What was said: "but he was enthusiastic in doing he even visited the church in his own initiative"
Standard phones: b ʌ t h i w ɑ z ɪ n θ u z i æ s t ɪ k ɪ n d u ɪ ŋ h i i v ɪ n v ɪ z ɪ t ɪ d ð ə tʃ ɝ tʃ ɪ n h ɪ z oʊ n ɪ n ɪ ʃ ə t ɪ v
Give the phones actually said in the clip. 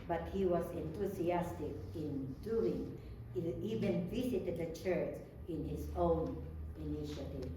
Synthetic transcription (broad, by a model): b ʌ t h i w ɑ s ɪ n t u s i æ s t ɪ k ɪ n d u ɪ ŋ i i v ɪ n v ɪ s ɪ t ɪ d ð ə tʃ ɝ tʃ ɪ n h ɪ s oʊ n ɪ n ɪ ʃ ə t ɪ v